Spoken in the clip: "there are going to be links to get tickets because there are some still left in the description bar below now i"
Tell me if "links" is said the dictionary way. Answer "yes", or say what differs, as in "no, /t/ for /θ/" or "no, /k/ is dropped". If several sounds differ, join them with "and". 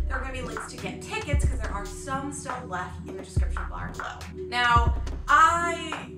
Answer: no, /ŋ/ is dropped